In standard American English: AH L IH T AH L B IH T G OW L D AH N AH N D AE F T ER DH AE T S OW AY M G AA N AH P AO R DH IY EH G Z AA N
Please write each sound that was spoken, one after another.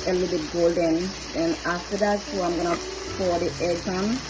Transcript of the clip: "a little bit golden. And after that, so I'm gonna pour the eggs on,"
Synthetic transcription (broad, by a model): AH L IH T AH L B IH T G OW L D AH N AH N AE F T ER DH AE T S OW AY M G AA N AH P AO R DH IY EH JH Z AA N